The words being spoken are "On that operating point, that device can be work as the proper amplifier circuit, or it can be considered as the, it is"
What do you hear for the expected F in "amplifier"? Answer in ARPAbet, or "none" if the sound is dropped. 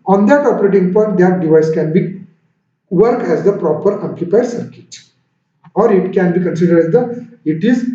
P